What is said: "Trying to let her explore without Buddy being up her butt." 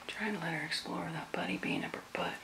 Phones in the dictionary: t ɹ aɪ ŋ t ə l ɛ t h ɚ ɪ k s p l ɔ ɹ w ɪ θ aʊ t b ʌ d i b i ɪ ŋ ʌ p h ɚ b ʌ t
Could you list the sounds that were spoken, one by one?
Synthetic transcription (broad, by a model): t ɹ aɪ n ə l ɛ t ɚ ɪ k s p l ɔ ɹ w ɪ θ aʊ t b ʌ d i b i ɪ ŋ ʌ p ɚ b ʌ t